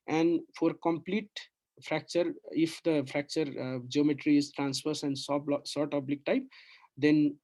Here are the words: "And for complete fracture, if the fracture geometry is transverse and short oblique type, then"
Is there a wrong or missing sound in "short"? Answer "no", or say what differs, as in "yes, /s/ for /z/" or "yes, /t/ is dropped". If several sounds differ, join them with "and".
yes, /s/ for /ʃ/